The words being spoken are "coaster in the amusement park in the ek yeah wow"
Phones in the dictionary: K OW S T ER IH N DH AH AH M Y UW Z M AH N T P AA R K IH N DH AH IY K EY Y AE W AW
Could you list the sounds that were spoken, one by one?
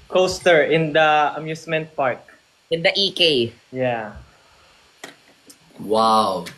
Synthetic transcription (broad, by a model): K OW S T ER IH N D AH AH M Y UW S M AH N T P AA R K IH N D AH IY K EY Y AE W AW